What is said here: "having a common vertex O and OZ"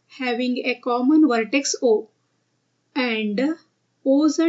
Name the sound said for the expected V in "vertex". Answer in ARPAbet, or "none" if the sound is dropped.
V